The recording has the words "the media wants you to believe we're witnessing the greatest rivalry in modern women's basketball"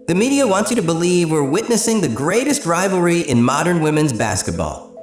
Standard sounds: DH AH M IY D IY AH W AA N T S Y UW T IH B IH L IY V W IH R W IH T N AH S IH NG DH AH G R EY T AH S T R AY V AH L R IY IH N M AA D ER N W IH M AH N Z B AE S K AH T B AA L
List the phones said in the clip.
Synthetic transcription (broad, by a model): DH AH M IY D IY AH W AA N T S Y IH T IH B IH L IY V W IH R W IH T N AH S IH NG DH AH G R EY T AH S T R AY V L R IY IH N M AA D ER N W IH M AH N Z B AE S K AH T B AA L